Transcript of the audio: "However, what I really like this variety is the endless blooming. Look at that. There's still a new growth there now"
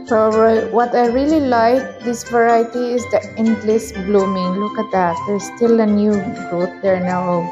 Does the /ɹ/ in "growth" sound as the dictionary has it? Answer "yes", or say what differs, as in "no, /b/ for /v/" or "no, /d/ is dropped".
no, /ɹ/ is dropped